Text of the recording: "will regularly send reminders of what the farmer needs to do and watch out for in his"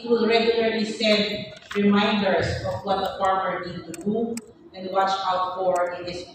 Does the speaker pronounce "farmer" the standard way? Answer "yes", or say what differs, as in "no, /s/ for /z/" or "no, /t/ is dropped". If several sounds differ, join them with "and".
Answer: no, /p/ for /f/